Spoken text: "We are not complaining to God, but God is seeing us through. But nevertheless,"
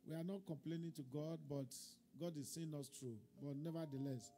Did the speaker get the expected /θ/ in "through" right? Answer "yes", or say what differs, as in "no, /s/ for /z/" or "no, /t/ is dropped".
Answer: no, /t/ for /θ/